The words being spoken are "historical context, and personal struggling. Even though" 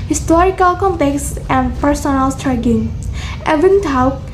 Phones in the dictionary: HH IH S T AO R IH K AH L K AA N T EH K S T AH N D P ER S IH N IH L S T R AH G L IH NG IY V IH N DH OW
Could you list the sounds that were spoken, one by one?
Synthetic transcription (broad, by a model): HH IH S T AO R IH K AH L K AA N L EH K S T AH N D P ER S IH N IH L S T R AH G IH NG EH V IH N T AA